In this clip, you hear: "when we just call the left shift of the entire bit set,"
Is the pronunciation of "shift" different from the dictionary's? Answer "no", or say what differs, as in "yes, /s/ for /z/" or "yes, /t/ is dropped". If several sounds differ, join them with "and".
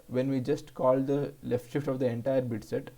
no